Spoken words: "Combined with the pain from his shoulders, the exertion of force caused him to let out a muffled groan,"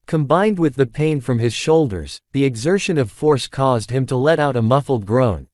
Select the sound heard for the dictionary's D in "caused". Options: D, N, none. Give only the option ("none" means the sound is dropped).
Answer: D